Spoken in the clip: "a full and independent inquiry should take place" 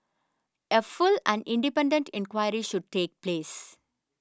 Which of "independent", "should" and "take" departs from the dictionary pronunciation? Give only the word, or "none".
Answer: none